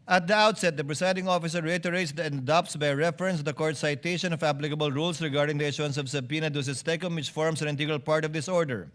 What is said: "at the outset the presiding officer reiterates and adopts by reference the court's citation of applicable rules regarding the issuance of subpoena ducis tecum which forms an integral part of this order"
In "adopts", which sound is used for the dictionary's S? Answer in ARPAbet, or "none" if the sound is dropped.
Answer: S